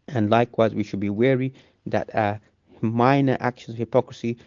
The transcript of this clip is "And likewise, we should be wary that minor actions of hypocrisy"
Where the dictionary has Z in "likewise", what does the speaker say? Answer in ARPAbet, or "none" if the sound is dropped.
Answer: Z